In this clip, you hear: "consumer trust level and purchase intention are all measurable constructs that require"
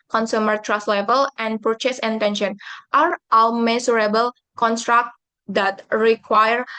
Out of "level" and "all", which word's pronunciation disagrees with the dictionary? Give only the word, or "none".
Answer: all